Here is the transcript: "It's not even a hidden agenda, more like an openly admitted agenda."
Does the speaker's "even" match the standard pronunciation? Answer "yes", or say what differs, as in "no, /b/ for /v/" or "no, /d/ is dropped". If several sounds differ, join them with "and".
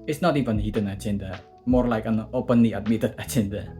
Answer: yes